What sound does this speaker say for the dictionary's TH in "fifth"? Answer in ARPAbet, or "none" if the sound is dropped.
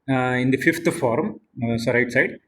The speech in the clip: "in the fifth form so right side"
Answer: T